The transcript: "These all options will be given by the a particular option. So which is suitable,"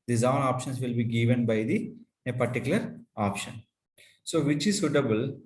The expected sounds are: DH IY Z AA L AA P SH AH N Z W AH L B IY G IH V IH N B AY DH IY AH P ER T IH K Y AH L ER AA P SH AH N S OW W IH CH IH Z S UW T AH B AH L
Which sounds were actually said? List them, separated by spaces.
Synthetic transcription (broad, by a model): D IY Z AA N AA P SH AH N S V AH L B IY G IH V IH N B AY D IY AH P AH T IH K Y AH L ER AA P SH AH N S OW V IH CH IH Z S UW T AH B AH L